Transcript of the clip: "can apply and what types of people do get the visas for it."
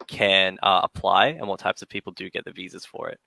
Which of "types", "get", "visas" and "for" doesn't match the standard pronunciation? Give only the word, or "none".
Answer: none